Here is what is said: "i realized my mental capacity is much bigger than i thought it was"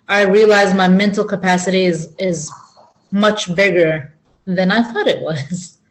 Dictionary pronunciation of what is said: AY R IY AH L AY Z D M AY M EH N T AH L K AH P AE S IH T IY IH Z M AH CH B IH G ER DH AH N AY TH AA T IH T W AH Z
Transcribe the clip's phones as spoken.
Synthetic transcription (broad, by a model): AY R IY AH L AY Z M AY M EH N T L K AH P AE S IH T IY IH Z M AH CH B IH G ER DH AH N AY TH AA T IH T W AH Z